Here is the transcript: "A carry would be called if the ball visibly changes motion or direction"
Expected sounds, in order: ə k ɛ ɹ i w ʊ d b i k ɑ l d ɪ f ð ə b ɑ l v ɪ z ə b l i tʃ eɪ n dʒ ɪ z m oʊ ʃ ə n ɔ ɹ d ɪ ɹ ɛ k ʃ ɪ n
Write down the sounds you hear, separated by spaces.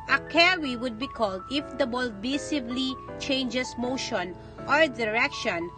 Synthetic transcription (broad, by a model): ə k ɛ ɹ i w ʊ d b i k ɑ l d ɪ f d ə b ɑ l b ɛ s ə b l i tʃ eɪ n dʒ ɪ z m oʊ ʃ ə n ɔ ɹ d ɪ ɹ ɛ k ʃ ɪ n